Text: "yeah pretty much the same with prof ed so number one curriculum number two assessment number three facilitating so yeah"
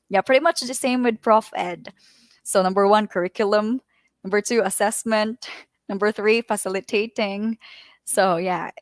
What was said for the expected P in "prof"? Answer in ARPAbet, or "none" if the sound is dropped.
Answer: P